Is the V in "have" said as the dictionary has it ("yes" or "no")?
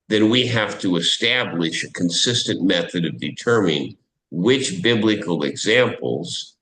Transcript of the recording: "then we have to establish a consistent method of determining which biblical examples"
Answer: no